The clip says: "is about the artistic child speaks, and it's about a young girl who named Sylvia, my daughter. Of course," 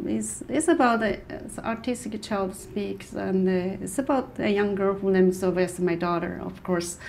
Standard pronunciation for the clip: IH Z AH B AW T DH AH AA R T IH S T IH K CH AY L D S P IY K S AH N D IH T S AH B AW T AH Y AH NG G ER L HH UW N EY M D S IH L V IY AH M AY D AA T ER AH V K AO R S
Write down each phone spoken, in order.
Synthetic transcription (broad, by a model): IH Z AH B AW T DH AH AA R T IH S T IH K CH AY L D S P IY K S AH N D IH T S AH B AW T AH Y AH NG G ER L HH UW L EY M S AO V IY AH M AY D AA T ER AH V K AO R S